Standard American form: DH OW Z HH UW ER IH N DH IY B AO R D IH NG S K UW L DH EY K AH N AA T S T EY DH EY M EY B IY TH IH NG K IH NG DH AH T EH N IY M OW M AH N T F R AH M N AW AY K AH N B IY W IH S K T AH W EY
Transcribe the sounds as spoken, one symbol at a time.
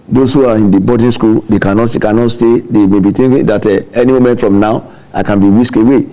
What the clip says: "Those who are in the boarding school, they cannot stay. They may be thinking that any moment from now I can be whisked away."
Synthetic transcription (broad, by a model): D OW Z HH UW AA IH N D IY B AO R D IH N S K UW L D EY K AH N AA T S T EY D EY M EY B IY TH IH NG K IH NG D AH T EH N IY M OW M AH N T F R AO M N AW AY K AH N B IY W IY S K AH W EY